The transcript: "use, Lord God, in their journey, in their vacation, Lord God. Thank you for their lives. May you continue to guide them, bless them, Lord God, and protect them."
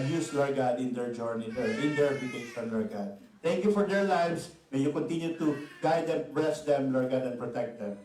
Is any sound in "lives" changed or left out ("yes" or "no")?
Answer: yes